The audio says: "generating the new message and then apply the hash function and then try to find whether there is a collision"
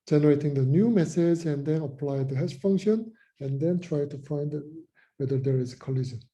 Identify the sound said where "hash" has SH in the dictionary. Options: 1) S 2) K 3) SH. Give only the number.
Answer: 1